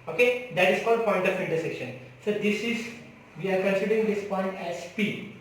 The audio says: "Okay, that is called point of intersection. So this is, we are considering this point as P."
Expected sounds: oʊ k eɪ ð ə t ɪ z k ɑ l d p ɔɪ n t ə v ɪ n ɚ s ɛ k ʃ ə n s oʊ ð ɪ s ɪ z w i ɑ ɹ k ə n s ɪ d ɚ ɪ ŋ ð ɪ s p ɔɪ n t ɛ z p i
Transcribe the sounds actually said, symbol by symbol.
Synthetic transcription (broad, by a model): oʊ k eɪ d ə t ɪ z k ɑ d p ɔɪ n t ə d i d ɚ s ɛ k ʃ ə n s oʊ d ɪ s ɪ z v i ɑ ɹ k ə n s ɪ d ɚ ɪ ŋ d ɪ s p ɔɪ n t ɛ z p i